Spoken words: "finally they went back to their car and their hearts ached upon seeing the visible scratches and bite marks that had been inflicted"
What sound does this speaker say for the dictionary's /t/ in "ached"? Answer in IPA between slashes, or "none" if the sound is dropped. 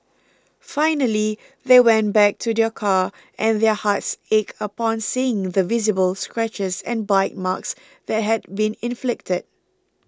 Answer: none